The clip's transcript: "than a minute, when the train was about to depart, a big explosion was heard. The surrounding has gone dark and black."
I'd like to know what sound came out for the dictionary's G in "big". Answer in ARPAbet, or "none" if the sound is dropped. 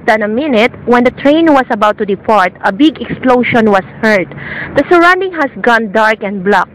G